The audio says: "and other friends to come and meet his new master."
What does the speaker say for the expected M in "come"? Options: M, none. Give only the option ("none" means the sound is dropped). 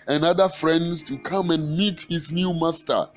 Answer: M